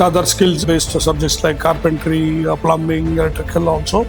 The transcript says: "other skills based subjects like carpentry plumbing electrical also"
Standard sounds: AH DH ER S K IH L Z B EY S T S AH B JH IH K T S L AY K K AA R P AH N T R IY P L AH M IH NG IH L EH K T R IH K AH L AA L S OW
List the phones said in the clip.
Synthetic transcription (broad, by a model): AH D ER S K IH L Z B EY S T S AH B JH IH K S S L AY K K AA R P AH N T R IY P L AH M IH NG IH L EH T IH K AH L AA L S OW